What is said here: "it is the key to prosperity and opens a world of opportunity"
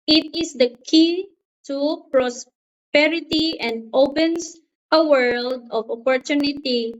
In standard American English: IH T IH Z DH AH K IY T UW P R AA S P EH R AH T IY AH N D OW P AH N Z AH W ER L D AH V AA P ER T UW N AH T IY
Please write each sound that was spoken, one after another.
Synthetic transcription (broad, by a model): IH T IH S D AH K IY T UW P R AA S P EH R AH T IY AH N D OW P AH N S AH W ER L D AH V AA P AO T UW N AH T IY